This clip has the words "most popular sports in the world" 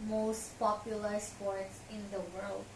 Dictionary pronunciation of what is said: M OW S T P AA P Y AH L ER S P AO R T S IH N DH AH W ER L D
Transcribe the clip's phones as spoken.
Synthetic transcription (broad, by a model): M OW S T P AA P Y AH L ER S P AO R T S IH N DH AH W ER L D